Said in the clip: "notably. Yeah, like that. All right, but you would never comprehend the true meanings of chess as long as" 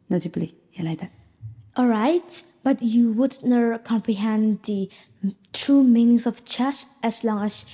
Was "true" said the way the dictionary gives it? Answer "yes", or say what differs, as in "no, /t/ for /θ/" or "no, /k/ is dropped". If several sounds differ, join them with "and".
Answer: yes